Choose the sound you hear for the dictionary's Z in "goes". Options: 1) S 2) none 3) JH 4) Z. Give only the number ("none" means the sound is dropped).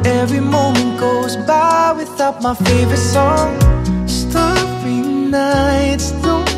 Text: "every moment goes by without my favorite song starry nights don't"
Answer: 4